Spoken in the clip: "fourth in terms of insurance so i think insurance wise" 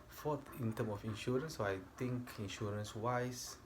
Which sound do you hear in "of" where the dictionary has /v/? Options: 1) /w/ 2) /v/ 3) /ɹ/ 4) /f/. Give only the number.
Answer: 4